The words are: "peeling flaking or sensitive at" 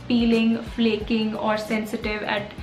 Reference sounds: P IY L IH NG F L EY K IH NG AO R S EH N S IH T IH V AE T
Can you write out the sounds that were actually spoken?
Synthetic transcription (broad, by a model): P IY L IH NG F L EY K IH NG AO R S EH N S IH T IH V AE T